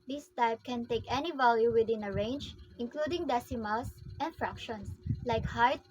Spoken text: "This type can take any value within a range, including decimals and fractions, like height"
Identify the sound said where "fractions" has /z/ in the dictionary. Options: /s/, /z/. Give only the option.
/s/